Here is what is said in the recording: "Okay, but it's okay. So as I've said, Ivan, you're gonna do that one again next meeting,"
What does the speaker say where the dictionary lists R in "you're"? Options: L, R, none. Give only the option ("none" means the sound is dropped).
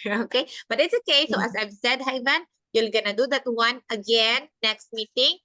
L